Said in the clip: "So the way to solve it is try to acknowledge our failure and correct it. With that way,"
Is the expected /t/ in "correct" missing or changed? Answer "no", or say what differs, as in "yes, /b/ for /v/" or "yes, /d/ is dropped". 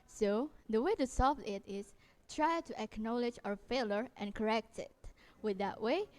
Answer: no